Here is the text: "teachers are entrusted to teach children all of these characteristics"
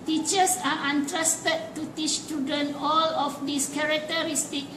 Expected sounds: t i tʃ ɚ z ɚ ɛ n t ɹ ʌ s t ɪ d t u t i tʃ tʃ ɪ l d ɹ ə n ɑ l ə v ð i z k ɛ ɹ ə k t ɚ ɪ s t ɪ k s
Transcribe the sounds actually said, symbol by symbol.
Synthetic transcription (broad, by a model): t i tʃ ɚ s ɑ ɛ n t ɹ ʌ s t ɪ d t u t i tʃ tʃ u d ə n ɑ l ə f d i s k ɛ ɹ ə k t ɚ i s t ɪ k